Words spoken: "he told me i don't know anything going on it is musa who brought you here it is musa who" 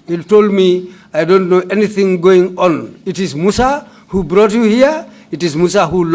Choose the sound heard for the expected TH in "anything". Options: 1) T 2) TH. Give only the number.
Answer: 2